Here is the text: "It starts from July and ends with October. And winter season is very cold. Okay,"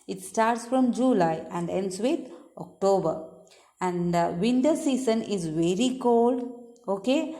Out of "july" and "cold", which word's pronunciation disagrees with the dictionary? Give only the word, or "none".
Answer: none